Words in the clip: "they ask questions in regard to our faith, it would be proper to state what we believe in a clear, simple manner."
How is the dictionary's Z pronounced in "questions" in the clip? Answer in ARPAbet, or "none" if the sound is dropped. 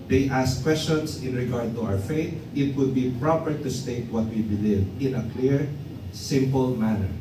S